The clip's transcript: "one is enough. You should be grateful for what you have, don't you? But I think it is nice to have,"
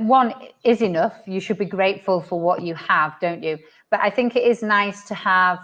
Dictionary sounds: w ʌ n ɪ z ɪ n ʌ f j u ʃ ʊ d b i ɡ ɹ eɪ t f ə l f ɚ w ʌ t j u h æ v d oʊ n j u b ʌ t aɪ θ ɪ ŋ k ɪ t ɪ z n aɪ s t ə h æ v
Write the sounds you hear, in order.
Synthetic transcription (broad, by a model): w ʌ n ɪ z ɪ n ʌ f j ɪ ʃ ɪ d b i ɡ ɹ eɪ t f ə l f ɚ w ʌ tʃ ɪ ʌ v d oʊ n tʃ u b ʌ t aɪ θ ɪ ŋ k ɪ t ɪ z n aɪ s t ə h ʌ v